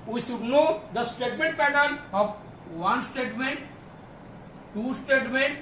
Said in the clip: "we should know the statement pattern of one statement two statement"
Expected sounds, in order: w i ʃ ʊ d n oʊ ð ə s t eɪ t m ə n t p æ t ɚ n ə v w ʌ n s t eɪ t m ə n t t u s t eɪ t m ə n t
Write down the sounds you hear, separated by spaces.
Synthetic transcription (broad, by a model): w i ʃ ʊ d n oʊ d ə s t eɪ t m ə n t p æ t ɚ ə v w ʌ n s t eɪ t m ə n t t u s t eɪ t m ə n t